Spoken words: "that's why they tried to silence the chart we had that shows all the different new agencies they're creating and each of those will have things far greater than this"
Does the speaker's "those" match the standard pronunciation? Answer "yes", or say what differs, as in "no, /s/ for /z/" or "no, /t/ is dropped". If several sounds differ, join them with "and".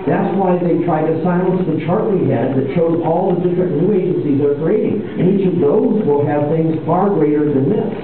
yes